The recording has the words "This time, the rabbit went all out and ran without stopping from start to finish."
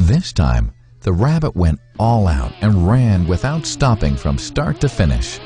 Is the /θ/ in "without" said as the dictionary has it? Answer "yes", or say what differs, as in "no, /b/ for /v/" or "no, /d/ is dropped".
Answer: yes